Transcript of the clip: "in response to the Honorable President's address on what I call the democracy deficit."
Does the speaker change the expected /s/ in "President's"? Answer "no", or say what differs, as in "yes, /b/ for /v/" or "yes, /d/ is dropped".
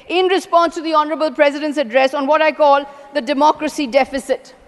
no